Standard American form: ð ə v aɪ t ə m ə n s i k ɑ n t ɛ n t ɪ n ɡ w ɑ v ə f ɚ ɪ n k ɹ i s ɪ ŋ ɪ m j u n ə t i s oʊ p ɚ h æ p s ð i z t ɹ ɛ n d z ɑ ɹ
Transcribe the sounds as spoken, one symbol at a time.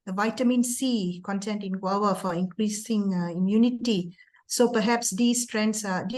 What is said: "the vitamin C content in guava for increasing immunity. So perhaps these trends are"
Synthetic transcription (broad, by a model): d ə v aɪ t ə m ə n s i k ɑ n t ɛ n t ɪ n ɡ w ɑ w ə f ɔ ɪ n k ɹ i s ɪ ŋ ɪ m j u n ə t i s oʊ p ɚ h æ p s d i s t ɹ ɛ n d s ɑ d